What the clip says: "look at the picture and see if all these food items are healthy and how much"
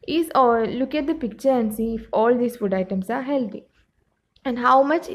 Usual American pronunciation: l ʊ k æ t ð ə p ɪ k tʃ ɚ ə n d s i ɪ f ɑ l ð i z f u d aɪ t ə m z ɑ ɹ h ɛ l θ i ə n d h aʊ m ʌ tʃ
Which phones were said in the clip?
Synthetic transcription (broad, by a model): l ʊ k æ t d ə p ɪ k tʃ ɚ ə n d s i ɪ f ɑ l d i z f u d aɪ t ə m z ɑ ɹ h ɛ l t i ə n d h aʊ m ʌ tʃ